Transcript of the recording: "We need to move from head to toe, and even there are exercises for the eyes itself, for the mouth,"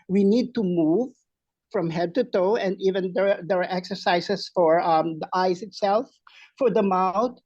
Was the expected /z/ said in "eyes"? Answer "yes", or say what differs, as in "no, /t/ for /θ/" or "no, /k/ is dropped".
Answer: no, /s/ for /z/